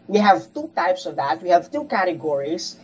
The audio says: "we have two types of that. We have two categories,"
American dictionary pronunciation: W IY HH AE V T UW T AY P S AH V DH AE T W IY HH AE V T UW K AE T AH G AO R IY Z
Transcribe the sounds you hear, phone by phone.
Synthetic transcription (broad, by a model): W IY HH AE V T UW T AY P S AH V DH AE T W IY HH AE V T UW K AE T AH G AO R IY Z